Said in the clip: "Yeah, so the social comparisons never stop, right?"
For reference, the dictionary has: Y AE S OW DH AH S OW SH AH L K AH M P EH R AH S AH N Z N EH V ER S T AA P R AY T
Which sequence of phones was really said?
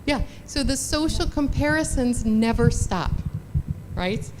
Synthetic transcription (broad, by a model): Y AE S OW DH AH S OW SH L K AH M P EH R AH S AH N Z N EH V ER S T AA P R AY T